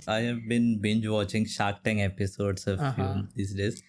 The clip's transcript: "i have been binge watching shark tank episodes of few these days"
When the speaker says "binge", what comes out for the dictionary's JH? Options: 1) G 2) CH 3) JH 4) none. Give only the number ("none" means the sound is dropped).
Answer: 3